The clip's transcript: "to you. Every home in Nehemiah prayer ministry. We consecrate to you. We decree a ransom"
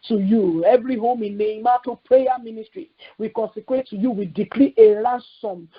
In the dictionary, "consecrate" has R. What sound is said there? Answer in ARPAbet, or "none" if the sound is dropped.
W